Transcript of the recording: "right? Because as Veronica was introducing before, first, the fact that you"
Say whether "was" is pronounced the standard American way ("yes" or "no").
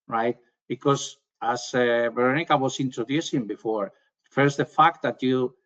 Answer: no